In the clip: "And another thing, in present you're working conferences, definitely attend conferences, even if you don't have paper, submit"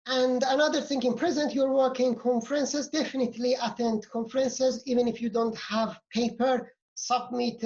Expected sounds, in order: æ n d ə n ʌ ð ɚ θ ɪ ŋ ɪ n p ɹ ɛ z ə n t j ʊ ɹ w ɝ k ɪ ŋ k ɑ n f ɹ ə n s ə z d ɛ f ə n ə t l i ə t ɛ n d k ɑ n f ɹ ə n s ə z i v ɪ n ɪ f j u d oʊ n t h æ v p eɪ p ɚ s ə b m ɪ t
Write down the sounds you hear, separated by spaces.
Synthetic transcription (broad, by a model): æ n d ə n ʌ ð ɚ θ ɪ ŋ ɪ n p ɹ ɛ z ə n t j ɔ ɹ w ɝ k ɪ ŋ k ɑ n f ɹ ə n s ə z d ɛ f ə n ə t l i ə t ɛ n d k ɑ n f ɹ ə n s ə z i v ɪ n ɪ f j u d oʊ n t h æ v p eɪ p ɚ s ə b m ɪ t